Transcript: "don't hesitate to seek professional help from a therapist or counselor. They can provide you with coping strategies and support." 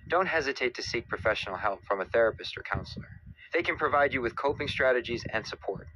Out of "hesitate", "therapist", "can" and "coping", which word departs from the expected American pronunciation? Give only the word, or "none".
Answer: none